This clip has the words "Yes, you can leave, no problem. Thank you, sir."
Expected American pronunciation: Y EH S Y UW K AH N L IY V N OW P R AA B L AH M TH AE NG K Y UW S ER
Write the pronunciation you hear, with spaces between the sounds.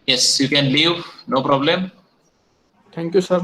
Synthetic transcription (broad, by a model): Y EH S Y UW K AH N L IY V N OW P R AA B L AH M T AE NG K Y UW S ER